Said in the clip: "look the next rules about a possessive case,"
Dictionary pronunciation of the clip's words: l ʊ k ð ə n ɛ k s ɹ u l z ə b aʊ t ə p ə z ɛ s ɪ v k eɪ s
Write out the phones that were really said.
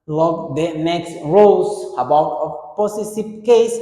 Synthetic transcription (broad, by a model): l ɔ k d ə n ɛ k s ɹ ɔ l s ə b aʊ t ə p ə s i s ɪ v k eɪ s